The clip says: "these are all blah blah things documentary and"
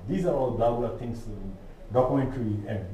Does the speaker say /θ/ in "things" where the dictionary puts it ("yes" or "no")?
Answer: no